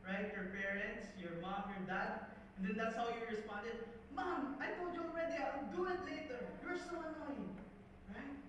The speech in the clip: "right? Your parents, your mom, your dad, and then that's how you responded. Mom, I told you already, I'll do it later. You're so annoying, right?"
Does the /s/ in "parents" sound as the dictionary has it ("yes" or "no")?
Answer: yes